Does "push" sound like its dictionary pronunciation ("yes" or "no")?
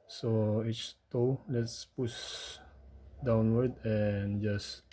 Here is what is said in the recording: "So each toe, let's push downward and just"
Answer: no